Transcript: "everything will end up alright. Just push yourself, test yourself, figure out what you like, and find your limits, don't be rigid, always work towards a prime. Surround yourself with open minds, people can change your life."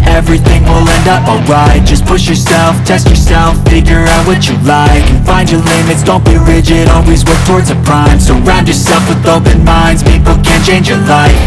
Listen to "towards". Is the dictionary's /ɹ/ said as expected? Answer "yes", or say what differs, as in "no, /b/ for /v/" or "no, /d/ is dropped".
yes